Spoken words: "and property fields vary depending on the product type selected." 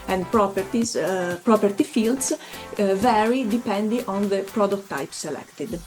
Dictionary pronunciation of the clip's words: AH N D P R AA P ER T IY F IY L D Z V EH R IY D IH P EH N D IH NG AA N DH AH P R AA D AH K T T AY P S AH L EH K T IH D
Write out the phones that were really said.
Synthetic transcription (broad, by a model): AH N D P R AA P ER T IY F IY L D S V EH R IY D IH P EH N D IH NG AA N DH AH P R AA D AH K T T AY P S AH L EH K T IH D